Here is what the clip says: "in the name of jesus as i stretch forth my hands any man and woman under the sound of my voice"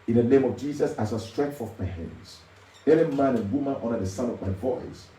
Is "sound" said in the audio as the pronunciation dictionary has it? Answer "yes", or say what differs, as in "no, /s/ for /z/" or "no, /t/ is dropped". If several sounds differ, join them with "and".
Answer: no, /d/ is dropped